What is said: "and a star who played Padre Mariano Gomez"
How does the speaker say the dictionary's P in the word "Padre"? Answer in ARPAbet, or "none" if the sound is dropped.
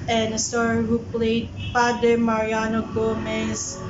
F